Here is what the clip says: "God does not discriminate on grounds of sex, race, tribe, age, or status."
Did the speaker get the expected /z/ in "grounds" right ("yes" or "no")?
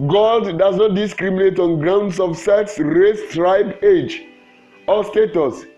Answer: no